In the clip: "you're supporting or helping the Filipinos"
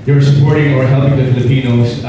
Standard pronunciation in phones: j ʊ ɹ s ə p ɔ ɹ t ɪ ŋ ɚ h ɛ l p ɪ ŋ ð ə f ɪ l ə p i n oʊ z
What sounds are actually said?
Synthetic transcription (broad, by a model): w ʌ ɹ s ə p ɔ ɹ t ɪ ŋ ɚ h ɛ l p ɪ ŋ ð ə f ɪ l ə p i n oʊ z